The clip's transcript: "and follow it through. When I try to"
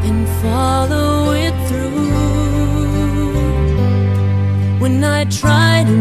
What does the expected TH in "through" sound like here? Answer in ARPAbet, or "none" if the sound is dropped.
TH